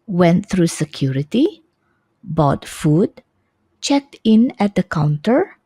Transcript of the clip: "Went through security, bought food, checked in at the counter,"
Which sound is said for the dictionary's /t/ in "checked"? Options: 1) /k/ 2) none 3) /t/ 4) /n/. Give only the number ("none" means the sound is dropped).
3